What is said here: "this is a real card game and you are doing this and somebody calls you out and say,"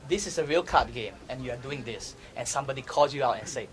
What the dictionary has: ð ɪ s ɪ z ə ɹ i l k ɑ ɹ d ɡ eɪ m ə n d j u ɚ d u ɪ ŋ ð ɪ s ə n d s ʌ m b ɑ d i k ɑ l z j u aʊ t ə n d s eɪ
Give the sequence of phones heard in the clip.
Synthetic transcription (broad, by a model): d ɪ s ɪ s ə ɹ i l k ɑ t ɡ eɪ m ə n j u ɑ d u ɪ ŋ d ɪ s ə n s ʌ m b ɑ d i k ɑ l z j u aʊ t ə n s eɪ